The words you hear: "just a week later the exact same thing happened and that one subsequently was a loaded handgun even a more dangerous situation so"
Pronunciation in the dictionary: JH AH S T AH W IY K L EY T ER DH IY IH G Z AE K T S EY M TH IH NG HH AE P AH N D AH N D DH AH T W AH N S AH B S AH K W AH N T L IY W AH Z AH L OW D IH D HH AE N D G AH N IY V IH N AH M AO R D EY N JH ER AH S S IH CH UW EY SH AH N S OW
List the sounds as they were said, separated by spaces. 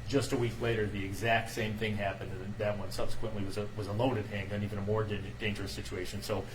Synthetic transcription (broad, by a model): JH AH S T AH W IY K L EY T ER DH IY IH G Z AE K T S EY M TH IH NG HH AE P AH N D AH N DH AH T W AH N S AH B S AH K W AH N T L IY W AH Z AH L OW D IH D HH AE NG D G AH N IY V IH N AH M AO R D EY N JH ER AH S S IH CH UW EY SH AH N S OW